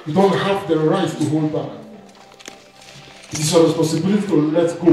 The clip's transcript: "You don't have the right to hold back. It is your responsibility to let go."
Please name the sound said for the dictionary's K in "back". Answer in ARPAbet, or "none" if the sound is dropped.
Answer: none